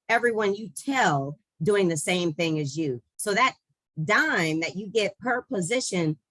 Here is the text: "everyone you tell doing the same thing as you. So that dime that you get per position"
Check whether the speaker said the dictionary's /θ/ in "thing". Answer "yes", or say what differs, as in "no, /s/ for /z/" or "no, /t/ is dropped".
yes